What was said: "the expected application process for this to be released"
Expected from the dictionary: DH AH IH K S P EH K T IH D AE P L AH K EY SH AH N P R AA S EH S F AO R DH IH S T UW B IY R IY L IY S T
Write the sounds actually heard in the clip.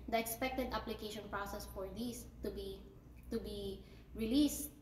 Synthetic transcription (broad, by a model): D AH IH K S P EH K T IH D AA P L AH K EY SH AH N P R AA S EH S F AO R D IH S T UW B IY R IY L IY S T